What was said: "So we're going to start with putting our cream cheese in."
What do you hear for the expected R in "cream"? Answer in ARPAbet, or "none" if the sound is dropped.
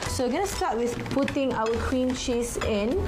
W